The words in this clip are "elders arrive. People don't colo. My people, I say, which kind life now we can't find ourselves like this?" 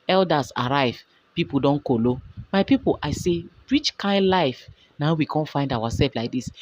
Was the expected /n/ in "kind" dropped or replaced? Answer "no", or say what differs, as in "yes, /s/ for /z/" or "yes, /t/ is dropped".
no